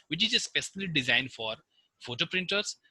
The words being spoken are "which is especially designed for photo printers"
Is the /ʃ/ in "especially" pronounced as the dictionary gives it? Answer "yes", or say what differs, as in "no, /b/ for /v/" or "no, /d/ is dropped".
no, /s/ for /ʃ/